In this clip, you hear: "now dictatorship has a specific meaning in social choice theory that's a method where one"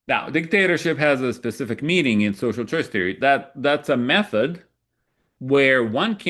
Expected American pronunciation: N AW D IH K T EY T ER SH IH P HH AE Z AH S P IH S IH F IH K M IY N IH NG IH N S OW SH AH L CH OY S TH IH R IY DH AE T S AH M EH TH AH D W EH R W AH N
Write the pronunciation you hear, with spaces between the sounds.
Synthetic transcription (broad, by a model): N AW D IH K T EY T ER SH IH P HH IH Z AH S P IH S IH F IH K M IY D IH NG IH N S OW SH L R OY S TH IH R IY DH AE T S AH M EH TH AH D W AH R W AH N